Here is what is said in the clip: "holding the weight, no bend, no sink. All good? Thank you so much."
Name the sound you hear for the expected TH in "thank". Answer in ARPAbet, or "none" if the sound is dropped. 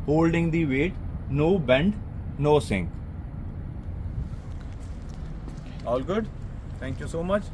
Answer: T